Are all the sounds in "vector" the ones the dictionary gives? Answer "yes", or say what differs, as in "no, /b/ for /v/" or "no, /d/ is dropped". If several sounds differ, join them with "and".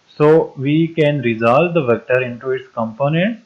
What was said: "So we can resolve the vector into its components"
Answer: yes